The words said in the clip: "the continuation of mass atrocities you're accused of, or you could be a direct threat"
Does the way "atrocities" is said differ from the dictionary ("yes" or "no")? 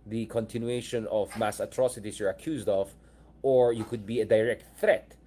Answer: yes